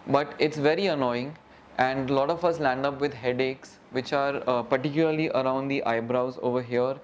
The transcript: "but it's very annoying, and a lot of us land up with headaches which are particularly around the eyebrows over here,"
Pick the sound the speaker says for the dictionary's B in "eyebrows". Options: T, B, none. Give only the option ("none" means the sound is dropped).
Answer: B